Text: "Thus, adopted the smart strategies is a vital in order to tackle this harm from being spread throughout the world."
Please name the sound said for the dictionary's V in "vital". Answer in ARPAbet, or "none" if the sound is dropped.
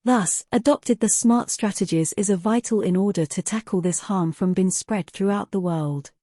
V